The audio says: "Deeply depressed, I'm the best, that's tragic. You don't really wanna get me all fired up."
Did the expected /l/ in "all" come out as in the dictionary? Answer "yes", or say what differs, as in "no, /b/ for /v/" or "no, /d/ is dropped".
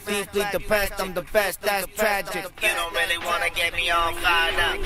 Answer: no, /n/ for /l/